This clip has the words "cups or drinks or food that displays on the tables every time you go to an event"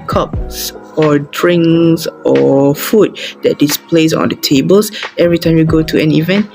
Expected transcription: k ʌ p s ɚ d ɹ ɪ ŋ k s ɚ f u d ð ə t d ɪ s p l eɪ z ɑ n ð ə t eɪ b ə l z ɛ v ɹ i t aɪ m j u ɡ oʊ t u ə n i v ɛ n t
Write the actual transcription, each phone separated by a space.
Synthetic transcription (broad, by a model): k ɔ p s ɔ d ɹ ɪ ŋ s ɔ f u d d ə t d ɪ s p l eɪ s ɑ n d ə t eɪ b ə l s ɛ v ɹ i t aɪ m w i ɡ oʊ t u ə n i v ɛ n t